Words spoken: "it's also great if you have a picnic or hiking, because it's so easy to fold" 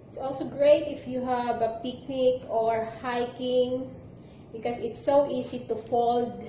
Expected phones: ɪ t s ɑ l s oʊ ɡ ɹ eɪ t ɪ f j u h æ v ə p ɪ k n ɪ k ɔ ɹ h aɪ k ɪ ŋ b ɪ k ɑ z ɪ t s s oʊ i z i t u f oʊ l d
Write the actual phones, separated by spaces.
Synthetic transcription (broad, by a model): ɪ t s ɑ l s oʊ ɡ ɹ eɪ t ɪ f j u h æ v ə p ɪ k n ɪ k ɔ ɹ h aɪ k ɪ ŋ b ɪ k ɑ s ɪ t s s oʊ i s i t u f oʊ l d